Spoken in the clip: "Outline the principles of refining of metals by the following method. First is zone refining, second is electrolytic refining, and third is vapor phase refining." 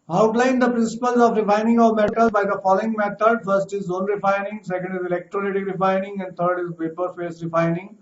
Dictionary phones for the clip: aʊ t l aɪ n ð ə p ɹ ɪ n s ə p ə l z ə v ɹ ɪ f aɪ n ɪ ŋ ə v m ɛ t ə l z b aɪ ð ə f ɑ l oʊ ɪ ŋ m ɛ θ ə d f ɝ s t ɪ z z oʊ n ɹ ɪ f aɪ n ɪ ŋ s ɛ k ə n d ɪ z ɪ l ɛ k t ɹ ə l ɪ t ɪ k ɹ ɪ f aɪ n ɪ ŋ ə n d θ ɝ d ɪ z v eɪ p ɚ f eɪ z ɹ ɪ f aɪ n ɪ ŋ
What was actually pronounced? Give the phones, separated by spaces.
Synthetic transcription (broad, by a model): aʊ t l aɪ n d ə p ɹ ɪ n s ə p ə l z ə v ɹ ɪ f aɪ n ɪ ŋ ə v m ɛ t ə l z b aɪ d ə f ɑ l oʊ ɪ ŋ m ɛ t ə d f ɝ s t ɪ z z oʊ n ɹ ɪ f aɪ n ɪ ŋ s ɛ k ə n d ɪ z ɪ l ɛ k t ɹ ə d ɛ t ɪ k ɹ ɪ f aɪ n ɪ ŋ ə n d t ɝ d ɪ z p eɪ p ɚ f eɪ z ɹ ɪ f aɪ n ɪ ŋ